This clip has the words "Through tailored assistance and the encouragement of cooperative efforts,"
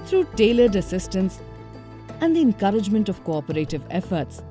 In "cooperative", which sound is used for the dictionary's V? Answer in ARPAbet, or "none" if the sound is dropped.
V